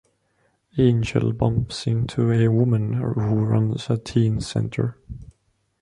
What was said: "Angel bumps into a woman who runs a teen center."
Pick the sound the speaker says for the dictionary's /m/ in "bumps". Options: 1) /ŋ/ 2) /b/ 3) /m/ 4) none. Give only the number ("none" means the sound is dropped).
3